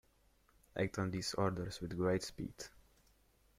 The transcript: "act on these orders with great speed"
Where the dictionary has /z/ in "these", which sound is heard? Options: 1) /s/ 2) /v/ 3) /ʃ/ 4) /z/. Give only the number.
1